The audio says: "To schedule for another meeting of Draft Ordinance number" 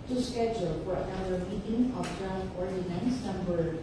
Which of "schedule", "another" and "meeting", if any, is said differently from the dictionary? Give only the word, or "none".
another